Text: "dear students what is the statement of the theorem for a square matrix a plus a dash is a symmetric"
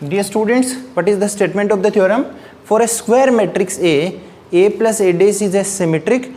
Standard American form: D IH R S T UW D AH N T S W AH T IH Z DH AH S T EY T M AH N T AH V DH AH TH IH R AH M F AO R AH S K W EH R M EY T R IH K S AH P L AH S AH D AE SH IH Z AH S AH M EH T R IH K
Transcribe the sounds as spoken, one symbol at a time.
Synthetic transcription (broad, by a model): D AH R S T UW D AH N T S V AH T IH Z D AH S T EY T M AH N T AH V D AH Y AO R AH M F AO R AH S K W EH R M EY T R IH K S AH P L AH S AH D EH S IH Z AH S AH M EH T R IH K